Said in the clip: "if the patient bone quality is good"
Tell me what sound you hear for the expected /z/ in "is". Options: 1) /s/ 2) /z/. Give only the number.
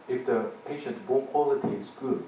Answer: 1